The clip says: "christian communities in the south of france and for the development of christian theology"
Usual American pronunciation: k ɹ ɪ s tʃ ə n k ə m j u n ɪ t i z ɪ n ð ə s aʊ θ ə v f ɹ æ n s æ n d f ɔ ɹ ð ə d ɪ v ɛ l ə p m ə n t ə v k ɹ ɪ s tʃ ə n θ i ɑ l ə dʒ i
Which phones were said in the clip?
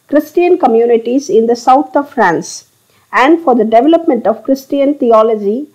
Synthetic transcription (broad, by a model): k ɹ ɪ s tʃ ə n k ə m j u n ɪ t i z ɪ n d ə s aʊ t ə v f ɹ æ n s æ n d f ɔ ɹ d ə d ɪ v ɛ l ə p m ə n t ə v k ɹ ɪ s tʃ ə n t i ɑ l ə dʒ i